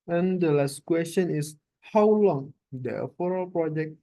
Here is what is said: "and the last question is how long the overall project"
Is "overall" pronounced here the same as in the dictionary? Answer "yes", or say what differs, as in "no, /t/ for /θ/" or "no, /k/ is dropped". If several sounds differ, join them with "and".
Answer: no, /f/ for /v/